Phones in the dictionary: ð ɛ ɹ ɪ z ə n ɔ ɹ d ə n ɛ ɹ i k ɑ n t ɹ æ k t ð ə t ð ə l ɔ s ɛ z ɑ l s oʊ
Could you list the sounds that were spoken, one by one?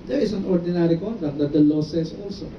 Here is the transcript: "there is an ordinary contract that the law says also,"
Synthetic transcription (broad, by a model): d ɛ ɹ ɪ s ə n ɔ ɹ d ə n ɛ ɹ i k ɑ n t ɹ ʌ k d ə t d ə l ɔ s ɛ s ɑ l s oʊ